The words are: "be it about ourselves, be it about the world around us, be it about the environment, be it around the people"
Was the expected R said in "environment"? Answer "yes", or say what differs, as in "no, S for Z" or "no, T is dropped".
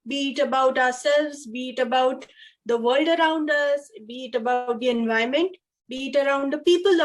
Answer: no, R is dropped